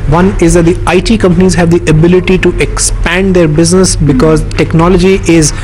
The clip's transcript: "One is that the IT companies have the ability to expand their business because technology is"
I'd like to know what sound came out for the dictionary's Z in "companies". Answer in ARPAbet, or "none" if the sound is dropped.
Z